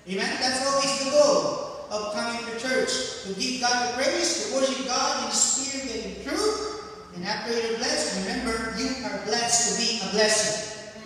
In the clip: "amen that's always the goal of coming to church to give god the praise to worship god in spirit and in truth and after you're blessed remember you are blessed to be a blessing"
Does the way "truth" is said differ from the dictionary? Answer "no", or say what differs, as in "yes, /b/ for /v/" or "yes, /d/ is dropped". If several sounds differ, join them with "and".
no